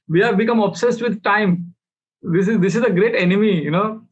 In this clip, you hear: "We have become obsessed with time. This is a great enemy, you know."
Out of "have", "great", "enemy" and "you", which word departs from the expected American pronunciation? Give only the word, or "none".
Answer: none